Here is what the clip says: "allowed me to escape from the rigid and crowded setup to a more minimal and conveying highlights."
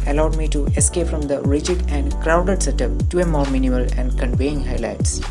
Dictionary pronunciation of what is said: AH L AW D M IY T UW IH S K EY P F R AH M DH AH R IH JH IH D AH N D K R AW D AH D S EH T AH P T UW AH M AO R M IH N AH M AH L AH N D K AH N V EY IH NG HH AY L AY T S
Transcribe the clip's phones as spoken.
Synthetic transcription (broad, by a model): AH L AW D M IY T UW IH S K EY P F R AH M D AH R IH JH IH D AH N D K R AW D AH D S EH T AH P T UW AH M AO R M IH N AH AH L AH N D K AH N V EY IH NG HH AY L AY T S